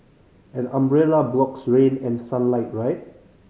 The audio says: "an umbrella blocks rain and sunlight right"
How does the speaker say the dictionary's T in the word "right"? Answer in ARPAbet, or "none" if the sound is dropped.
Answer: T